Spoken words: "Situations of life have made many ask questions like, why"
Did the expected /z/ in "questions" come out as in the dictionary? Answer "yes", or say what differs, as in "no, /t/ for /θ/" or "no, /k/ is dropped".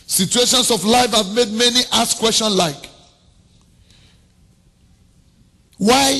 no, /s/ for /z/